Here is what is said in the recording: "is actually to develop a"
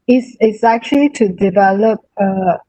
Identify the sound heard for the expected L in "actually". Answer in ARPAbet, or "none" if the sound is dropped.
L